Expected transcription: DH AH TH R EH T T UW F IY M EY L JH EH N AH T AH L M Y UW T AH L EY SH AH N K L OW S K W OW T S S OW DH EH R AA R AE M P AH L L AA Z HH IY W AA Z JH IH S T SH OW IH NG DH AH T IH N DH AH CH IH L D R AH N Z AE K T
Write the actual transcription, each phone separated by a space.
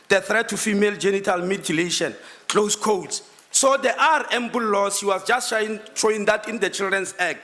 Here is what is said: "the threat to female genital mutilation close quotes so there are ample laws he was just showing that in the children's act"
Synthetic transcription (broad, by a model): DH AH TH R EH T T UW F IY M EY L JH EH N AH T AH L M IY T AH L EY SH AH N K L OW S K OW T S S OW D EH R AA R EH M B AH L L AA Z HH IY W AA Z JH IH S T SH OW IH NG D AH T IH N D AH CH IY L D R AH N S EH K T